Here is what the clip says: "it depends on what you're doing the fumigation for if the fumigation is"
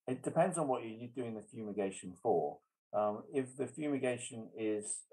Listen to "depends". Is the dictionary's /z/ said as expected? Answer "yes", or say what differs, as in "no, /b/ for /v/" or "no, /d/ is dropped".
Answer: yes